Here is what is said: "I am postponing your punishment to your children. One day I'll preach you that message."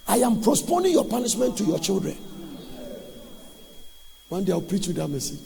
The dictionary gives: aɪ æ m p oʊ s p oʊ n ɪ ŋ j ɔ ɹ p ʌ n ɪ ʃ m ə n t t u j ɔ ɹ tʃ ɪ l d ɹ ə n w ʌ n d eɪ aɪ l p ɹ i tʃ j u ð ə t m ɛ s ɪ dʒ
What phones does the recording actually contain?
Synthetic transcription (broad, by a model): aɪ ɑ m p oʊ s p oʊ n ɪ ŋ j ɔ p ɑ n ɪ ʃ m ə n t t u j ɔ tʃ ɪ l d ɹ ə n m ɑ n d eɪ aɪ w p ɹ i tʃ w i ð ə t m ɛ s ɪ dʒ